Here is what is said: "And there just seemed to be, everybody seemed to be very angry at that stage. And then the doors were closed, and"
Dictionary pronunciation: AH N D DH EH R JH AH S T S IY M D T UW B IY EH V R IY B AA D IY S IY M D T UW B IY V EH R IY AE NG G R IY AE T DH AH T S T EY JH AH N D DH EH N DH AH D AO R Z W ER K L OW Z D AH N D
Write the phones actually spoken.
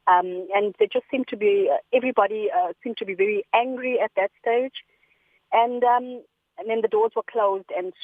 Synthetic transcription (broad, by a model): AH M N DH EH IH JH AH S T S IY M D T UW B IY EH V R IY B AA D IY S IY M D T UW B IY V EH R IY AE NG G R IY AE T DH AH T S T EY JH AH N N DH EH N DH AH D AO Z W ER K L OW Z D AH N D